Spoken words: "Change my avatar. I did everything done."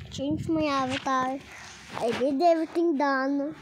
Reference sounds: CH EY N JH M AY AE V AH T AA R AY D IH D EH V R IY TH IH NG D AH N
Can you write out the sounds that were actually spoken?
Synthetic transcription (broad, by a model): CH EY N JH M AY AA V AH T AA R AY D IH D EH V IY T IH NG D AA N